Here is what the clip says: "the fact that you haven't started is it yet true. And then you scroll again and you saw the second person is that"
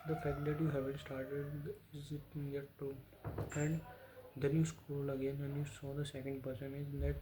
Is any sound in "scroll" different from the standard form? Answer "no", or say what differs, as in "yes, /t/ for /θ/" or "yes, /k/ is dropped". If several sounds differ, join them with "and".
yes, /ɹ/ is dropped